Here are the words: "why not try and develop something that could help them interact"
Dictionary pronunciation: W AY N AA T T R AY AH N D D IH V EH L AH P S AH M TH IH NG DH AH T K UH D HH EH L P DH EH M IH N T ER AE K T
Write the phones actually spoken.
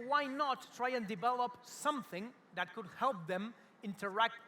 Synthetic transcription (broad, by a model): W AY N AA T T R AY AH N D D IH V EH L AH P S AH M TH IH NG DH AH T K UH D HH EH L P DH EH M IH N T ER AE K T